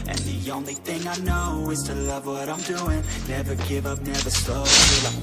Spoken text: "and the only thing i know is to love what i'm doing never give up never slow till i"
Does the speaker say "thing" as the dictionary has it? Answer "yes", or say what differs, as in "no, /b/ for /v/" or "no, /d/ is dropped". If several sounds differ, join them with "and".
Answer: yes